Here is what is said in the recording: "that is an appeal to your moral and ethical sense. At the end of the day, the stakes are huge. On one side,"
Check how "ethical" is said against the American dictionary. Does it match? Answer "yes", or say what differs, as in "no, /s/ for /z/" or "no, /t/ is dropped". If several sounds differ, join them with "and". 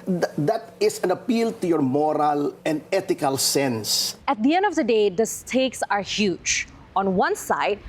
no, /t/ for /θ/